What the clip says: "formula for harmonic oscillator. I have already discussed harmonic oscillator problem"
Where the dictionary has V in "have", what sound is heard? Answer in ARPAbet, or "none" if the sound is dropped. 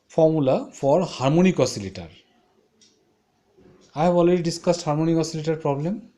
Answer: B